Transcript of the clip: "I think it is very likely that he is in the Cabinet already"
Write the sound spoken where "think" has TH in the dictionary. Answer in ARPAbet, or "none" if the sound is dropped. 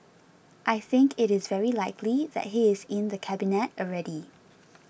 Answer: TH